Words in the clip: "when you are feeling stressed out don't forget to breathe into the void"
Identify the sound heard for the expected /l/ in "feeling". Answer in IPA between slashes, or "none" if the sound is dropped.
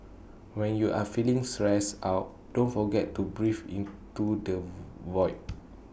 /l/